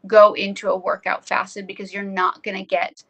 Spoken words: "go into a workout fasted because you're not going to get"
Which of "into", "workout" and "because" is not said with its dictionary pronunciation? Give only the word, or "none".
none